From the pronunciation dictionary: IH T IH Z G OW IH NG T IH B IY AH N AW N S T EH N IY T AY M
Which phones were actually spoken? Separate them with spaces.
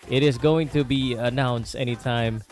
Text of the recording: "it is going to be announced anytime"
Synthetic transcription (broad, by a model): IH T IH Z G OW IH NG T IH B IY AH N AW N S T EH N IY T AY M